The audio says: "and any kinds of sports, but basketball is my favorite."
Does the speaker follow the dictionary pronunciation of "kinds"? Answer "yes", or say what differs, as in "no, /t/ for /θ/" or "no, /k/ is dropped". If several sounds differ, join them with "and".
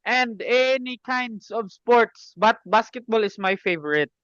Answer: no, /s/ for /z/